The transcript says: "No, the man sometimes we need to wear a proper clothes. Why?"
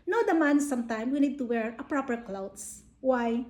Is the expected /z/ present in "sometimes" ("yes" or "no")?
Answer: no